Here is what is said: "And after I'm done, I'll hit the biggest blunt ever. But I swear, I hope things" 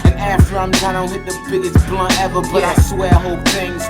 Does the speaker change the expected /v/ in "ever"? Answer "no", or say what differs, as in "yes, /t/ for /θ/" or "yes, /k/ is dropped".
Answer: no